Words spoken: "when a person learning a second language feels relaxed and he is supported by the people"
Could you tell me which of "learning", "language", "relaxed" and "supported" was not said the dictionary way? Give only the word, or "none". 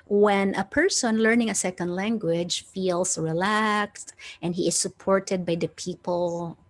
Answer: none